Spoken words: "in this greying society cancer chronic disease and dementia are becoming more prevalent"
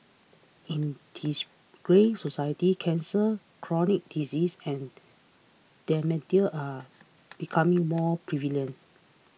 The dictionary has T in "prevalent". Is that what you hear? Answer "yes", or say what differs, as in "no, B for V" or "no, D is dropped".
no, T is dropped